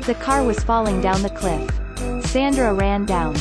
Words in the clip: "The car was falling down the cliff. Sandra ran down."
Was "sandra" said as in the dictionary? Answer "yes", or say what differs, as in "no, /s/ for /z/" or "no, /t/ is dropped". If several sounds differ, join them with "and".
yes